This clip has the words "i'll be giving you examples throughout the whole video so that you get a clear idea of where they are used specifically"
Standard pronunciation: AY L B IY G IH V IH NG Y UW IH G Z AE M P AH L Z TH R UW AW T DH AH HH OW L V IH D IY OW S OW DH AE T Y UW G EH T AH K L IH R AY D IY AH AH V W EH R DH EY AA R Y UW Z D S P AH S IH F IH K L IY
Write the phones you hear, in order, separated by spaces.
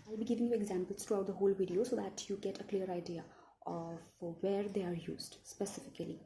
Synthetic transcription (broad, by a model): AY L B IY G IH V IH NG Y UW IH G Z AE M P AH L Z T R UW AW T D AH HH OW L V IH D IY OW S OW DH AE T Y UW G EH T AH K L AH R AY D IY AH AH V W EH R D EY AA R Y UW Z D S P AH S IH F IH K L IY